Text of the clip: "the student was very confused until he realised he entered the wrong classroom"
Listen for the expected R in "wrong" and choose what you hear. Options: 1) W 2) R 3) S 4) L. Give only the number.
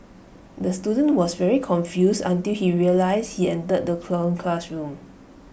4